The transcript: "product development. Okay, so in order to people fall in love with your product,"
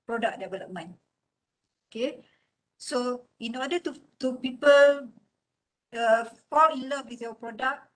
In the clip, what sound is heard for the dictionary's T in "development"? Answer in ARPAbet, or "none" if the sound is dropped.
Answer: none